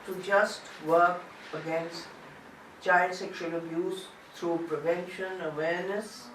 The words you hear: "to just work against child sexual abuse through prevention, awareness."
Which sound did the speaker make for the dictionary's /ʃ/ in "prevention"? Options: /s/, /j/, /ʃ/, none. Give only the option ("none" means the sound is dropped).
/ʃ/